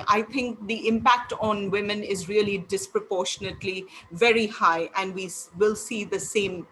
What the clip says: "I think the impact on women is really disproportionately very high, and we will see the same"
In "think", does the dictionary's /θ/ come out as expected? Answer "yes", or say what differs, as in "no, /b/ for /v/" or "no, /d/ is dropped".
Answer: no, /t/ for /θ/